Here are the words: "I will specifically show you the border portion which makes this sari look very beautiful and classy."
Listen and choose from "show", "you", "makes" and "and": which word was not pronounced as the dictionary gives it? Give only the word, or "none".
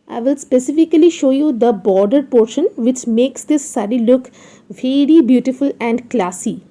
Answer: none